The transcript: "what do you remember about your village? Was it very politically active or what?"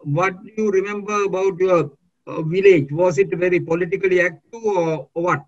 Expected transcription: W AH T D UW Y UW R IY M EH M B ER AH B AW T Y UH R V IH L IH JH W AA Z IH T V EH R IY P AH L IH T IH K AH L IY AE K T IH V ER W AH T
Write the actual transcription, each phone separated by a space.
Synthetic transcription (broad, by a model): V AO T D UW Y UW R IY M EH M B ER AH B AW T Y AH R V IH L IH JH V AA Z IH T V EH R IY P AH L IH T IH K AH L IY AE K T IH V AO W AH T